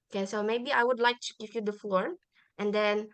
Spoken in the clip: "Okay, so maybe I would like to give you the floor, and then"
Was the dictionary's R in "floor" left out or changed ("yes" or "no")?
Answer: no